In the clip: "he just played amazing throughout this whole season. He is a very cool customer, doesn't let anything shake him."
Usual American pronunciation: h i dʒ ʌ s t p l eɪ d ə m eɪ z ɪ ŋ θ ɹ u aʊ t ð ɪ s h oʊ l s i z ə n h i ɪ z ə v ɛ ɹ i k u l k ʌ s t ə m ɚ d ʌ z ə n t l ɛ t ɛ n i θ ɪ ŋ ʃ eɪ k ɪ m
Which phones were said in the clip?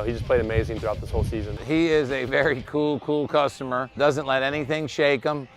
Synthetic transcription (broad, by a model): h i dʒ ʌ s p l eɪ d ə m eɪ z ɪ ŋ θ ɹ u aʊ t ð ɪ s h oʊ l s i z ə n h i ɪ z ə v ɛ ɹ i k u l k ʌ s t ə m ɚ d ʌ z ə n t l ɛ t ɛ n i θ ɪ ŋ ʃ eɪ k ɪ m